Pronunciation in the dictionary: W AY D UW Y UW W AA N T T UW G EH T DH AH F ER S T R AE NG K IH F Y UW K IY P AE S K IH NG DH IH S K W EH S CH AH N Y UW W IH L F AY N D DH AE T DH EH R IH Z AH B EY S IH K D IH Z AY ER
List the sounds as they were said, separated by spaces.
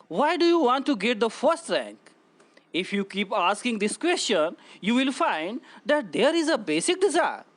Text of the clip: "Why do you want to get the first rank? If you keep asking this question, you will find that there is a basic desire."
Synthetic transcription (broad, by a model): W AY D UW Y UW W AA N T T UW G EH T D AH F ER S T R AE NG K IH F Y UW K IY P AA S K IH NG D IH S K W EH S CH AH N Y UW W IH L F AY N D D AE T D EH R IH Z AH B EY S IH K D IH Z AY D